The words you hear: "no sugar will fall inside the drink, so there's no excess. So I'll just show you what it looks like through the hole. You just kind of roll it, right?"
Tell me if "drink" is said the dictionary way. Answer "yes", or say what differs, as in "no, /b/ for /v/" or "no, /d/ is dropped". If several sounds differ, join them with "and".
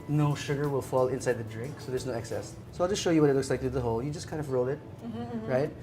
yes